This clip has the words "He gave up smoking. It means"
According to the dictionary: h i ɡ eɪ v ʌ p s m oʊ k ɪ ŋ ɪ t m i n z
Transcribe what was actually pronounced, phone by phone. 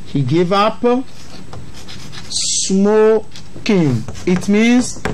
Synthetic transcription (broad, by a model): h i ɡ eɪ v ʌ p s m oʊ k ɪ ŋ ɪ t m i n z